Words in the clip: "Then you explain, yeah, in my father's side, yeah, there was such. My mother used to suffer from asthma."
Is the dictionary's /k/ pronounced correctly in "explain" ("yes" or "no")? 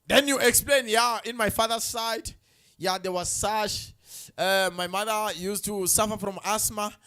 yes